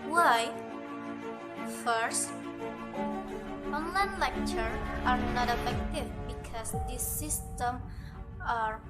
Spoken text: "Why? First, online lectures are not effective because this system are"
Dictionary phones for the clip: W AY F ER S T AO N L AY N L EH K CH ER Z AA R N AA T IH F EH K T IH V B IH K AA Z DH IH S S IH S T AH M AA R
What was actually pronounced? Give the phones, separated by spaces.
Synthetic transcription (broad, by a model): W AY F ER S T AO N L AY N L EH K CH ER AA R N AA T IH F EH K T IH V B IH K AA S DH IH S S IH S T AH M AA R